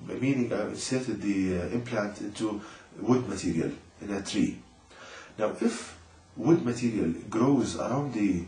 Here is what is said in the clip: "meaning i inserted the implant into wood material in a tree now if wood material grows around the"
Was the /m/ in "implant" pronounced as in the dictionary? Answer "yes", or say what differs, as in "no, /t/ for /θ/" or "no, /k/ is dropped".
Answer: yes